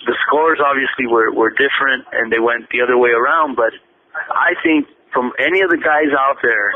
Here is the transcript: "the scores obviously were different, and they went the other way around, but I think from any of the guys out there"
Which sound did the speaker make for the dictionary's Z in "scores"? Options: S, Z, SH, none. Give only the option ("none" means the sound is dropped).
Z